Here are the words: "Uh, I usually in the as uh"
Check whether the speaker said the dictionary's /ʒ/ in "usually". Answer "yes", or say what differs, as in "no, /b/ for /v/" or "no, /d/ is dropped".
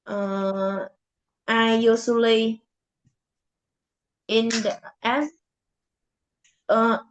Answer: no, /s/ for /ʒ/